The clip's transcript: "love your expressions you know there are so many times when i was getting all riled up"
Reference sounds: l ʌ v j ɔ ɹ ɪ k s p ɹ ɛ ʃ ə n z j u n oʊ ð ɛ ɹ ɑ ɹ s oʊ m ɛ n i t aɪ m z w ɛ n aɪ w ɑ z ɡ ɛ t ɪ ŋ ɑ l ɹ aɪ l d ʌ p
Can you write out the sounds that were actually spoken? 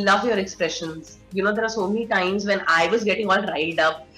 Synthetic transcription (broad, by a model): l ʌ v j ɔ ɹ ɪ k s p ɹ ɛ ʃ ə n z j u n oʊ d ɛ ɹ ɑ ɹ s oʊ m ɛ n i t aɪ m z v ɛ n aɪ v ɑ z ɡ ɛ t ɪ ŋ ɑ l ɹ aɪ d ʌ p